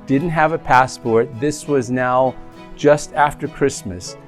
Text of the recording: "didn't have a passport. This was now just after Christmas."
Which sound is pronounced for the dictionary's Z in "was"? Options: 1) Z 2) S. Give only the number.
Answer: 1